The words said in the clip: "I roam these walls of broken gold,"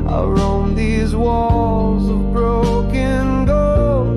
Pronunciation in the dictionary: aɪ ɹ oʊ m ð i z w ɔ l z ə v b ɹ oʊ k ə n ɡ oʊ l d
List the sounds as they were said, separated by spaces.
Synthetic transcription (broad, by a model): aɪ ɹ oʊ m ð i z w ɔ l z ə v b ɹ oʊ k ə n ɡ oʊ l